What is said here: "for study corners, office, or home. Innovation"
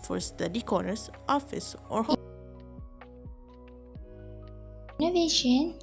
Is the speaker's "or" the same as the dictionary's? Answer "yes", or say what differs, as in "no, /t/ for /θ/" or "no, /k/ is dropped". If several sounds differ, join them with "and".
yes